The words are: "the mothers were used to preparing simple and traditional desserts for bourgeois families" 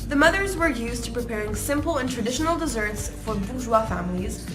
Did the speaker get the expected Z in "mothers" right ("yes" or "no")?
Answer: yes